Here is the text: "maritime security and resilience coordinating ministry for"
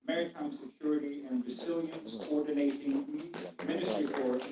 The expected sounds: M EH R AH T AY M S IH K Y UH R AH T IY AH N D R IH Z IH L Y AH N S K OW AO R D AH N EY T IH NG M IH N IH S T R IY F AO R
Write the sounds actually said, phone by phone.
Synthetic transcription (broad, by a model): M EH R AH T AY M S IH K Y UH R AH T IY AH N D R IH Z IH L Y AH N S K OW AO R D N EY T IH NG M IH N IH S T R IY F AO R